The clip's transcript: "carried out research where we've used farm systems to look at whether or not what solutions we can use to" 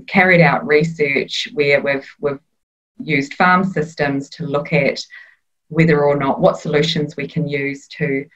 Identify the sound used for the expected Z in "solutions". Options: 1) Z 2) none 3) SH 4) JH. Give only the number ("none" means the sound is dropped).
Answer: 1